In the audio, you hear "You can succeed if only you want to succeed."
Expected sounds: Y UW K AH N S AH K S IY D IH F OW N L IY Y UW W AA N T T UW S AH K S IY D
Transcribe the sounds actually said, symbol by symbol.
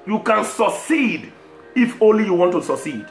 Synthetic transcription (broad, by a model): Y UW K AH N S AH K S IY D IH F OW N L IY Y UW W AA N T T UW S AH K S IY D